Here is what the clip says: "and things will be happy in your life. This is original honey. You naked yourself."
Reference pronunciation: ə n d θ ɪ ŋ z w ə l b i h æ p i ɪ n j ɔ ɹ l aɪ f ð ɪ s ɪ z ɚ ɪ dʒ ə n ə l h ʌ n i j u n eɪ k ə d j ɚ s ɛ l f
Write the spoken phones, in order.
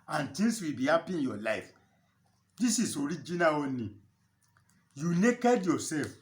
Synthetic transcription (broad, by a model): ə n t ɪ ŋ s w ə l b i h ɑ p i ɪ n j ɔ l aɪ f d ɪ s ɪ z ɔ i dʒ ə n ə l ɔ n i j u n eɪ k ə d j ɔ s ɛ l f